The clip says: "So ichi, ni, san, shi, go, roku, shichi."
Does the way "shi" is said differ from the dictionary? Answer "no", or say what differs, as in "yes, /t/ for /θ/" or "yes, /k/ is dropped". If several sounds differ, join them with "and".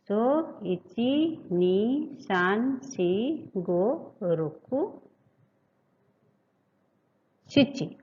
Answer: yes, /s/ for /ʃ/